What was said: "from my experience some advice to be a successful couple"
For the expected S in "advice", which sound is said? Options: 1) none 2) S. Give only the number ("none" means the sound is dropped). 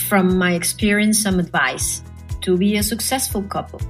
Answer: 2